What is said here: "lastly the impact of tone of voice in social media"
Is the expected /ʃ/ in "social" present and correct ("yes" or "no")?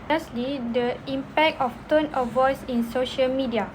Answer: yes